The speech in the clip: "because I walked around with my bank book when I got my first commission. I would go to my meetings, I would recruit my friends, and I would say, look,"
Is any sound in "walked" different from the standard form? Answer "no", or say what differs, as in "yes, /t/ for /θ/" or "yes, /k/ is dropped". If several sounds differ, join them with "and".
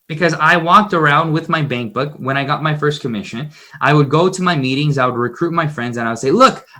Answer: no